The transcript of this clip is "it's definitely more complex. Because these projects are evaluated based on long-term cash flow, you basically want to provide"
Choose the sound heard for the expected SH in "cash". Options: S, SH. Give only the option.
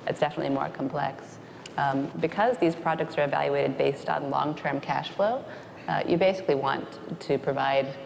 SH